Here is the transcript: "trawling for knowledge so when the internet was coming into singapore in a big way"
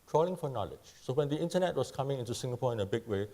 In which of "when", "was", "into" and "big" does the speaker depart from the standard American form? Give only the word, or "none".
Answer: was